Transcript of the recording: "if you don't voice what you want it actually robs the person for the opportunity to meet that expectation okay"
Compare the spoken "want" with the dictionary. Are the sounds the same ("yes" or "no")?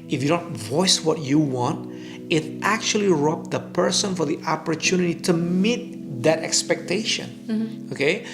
yes